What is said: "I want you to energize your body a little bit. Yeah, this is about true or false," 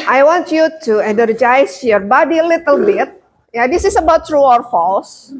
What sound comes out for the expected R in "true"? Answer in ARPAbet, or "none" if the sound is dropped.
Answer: R